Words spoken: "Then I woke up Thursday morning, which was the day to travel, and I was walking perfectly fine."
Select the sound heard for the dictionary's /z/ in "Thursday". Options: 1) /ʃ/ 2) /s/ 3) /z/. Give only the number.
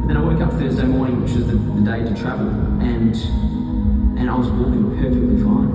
3